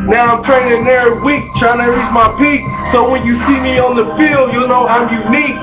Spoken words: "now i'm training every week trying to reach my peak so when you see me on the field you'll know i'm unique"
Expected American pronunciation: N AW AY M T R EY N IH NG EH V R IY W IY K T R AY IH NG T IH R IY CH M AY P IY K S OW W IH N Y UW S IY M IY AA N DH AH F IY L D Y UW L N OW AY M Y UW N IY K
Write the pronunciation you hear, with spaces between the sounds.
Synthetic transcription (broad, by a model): N AW AY M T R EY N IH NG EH R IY W IY K T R AY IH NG T IH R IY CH M AY P IY K S OW W IH N Y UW S IY M IY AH N DH AH F IY L D Y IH L N OW AY M Y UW N IY K